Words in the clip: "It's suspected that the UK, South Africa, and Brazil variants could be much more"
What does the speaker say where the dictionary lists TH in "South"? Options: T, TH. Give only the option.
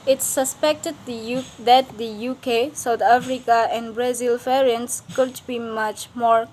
T